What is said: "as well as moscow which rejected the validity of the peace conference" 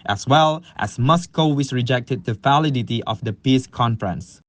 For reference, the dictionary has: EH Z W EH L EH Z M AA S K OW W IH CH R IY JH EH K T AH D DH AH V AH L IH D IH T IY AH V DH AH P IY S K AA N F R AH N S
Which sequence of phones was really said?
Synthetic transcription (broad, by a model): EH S W EH L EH S M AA S K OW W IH S R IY JH EH K T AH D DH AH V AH L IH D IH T IY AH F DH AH P IY S K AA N F R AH N S